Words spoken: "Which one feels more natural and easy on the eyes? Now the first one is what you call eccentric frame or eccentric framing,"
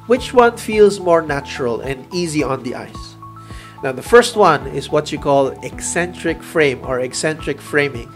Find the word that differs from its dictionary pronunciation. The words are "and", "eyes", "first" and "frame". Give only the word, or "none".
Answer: eyes